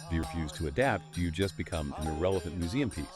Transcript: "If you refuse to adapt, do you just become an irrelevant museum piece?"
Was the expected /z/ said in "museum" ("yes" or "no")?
yes